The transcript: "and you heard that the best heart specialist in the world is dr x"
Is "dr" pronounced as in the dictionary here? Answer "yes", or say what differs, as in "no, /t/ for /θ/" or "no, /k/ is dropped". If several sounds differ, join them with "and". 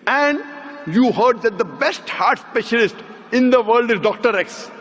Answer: yes